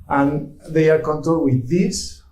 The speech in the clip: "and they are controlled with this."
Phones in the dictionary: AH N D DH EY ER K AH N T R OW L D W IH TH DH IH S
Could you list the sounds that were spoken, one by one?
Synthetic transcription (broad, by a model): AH N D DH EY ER K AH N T OW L W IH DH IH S